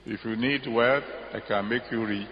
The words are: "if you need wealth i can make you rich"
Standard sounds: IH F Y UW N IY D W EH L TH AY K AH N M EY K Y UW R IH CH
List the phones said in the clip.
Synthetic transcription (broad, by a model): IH F Y UW N IY D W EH TH AY K AH N M EY K Y UW R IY